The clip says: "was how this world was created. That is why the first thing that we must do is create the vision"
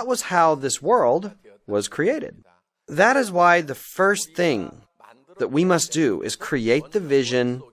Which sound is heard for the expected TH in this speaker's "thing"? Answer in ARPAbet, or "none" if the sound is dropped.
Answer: TH